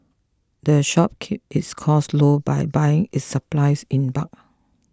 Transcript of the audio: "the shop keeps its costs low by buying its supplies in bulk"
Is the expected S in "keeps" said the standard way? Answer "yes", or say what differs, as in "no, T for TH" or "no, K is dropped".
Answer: no, S is dropped